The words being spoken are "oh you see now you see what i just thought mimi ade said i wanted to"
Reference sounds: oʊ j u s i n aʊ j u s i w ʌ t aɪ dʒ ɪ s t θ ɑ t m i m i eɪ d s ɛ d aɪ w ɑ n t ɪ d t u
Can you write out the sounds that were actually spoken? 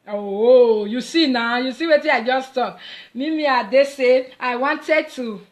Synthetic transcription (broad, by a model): oʊ j u s i n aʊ j u s i w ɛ t aɪ dʒ ɪ s t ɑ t m i m i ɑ d s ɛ aɪ w ɑ n t ɪ d t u